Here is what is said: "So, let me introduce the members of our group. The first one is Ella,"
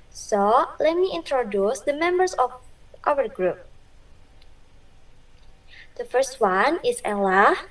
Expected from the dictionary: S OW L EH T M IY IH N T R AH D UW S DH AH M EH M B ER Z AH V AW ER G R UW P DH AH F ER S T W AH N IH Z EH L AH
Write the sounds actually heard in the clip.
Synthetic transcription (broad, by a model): S OW L EH T M IY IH N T R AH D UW S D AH M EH M B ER S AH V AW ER G R UW P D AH F ER S T W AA N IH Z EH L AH